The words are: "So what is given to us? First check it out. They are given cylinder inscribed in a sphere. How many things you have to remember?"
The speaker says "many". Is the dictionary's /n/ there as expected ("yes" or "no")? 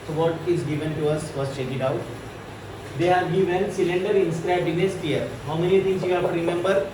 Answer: yes